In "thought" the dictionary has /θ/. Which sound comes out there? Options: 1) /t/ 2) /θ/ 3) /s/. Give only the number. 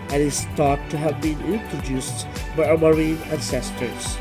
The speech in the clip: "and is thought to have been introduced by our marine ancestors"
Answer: 1